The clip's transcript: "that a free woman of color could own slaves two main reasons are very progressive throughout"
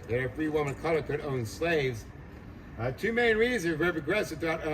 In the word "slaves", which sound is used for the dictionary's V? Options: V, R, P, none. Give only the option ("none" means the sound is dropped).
V